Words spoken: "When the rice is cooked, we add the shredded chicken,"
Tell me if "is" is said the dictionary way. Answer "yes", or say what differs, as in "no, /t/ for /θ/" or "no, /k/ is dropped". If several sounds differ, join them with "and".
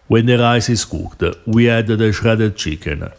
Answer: no, /s/ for /z/